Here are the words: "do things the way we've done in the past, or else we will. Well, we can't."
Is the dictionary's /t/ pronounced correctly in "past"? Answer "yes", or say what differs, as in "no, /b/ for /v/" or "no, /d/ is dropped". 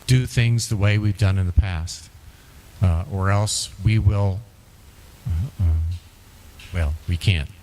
yes